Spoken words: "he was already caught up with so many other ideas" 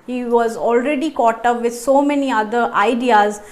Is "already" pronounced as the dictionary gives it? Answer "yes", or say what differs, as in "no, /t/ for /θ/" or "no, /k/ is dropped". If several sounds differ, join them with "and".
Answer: yes